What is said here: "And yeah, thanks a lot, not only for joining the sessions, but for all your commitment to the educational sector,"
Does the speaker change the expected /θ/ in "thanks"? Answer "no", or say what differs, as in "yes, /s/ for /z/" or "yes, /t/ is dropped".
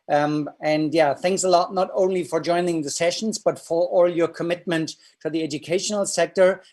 no